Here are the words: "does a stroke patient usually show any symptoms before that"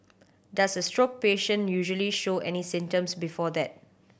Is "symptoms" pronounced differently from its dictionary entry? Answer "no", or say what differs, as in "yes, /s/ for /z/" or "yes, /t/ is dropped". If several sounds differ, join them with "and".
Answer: yes, /p/ is dropped and /s/ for /z/